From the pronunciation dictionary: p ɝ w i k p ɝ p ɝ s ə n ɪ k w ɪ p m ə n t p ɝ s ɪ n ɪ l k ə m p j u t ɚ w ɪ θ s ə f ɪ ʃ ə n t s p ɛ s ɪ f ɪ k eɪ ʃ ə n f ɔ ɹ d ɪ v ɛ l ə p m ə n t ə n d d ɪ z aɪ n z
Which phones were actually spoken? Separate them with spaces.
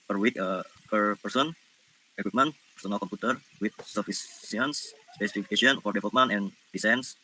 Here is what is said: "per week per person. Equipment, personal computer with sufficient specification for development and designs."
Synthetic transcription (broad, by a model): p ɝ w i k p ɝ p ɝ s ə n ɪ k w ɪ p m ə n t p ɝ s ɪ n ɪ l k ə m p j u t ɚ w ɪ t s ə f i s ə n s s p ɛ s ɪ f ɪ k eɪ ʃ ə n f ɔ ɹ d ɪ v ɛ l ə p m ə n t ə n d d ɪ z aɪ n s